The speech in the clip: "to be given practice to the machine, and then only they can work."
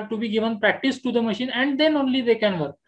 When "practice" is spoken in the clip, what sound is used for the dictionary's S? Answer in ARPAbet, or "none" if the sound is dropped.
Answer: S